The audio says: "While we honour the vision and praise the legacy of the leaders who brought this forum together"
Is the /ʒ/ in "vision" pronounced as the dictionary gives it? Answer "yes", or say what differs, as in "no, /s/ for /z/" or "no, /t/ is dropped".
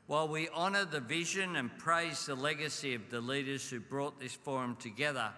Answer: yes